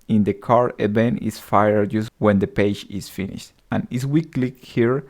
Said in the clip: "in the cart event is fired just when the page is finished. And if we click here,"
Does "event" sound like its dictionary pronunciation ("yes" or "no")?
no